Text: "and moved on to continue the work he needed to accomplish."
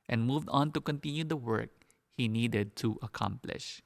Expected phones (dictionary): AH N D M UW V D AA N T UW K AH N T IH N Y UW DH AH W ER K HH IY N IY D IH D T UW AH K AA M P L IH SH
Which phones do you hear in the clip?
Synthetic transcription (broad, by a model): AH N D M UW V D AA N T UW K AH N T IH N Y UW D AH W ER K HH IY N IY D IH D T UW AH K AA M P L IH SH